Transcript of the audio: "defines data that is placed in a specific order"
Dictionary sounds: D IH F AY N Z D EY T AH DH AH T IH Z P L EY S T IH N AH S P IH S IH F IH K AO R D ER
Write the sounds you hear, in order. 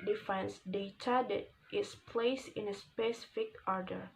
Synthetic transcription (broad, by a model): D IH F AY N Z D EY T AH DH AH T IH S P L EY S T IH N AH S P IH S IH F IH K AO R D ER